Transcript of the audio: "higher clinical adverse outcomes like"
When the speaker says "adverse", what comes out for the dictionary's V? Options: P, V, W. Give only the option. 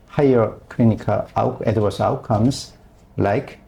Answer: W